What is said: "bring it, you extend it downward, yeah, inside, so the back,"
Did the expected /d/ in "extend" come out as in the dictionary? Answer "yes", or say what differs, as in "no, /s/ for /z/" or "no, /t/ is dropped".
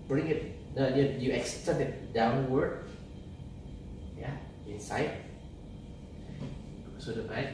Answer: no, /d/ is dropped